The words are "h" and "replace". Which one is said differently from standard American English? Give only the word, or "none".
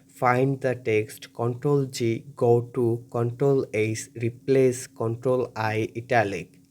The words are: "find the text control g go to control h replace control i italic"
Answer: h